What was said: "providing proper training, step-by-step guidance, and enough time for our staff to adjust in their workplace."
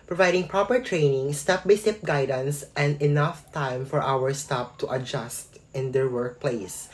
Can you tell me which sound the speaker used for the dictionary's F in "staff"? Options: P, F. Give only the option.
P